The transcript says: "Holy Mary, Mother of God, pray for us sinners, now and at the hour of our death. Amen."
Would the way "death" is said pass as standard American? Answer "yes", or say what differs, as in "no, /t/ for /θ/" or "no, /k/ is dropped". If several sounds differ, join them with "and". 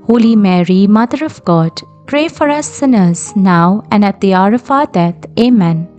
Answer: no, /t/ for /θ/